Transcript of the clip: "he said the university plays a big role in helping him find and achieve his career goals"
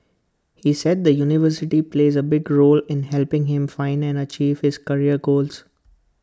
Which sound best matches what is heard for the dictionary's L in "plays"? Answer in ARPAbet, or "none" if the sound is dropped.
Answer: L